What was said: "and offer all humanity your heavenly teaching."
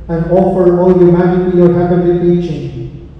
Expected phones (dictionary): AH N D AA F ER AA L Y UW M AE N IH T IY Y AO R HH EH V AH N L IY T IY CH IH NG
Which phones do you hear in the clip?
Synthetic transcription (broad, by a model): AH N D AA F ER AA L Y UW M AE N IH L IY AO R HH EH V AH L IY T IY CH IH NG